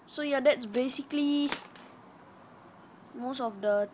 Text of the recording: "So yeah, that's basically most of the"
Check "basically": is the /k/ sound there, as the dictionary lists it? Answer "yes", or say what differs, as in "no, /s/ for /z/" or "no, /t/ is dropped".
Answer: yes